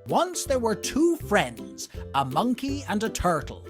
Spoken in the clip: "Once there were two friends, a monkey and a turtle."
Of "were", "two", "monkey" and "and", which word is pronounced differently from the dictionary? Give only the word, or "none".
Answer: none